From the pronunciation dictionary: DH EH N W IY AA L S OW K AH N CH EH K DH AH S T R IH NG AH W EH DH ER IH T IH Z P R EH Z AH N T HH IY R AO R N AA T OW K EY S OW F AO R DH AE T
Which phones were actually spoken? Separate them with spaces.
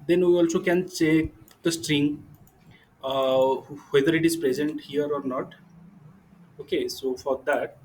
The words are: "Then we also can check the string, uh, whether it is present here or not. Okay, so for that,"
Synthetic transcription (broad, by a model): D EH N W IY AA L S OW K AH N S EH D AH S T R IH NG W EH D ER IH T IH Z P R EH Z AH N T HH IY R AO R N AA T OW K EY S OW F AO R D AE T